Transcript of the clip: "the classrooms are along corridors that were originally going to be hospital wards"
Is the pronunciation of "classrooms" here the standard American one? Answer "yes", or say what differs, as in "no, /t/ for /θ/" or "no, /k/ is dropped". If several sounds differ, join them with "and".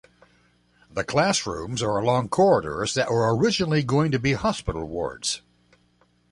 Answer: yes